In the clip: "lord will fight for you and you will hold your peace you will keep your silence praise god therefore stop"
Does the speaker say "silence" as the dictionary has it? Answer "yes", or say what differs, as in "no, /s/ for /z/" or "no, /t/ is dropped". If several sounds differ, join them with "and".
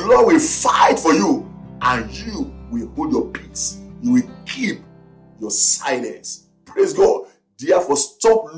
no, /n/ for /l/